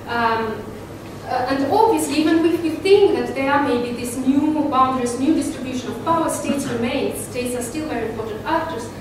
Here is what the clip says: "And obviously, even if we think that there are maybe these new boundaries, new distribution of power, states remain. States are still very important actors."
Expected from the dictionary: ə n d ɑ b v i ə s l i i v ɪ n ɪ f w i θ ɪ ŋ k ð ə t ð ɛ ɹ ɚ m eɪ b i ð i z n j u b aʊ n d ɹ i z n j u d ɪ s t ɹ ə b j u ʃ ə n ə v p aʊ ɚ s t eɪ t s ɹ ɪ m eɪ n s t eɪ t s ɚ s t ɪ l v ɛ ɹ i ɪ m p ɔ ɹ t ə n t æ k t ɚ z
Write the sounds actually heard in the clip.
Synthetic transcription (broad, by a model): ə n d ɑ b v i ə s l i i v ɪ n ɪ f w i θ ɪ ŋ k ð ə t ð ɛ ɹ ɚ m eɪ b i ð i s n j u b aʊ n d ɹ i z n j u d ɪ s t ɹ ə b j u ʃ ə n ə v p aʊ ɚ s t eɪ t s ɹ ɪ m eɪ n s t eɪ t s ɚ s t ɪ l v ɛ ɹ i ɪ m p ɔ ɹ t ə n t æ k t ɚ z